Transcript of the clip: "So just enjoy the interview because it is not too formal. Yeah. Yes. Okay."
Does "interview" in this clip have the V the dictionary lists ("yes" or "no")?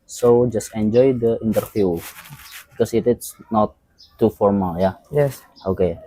no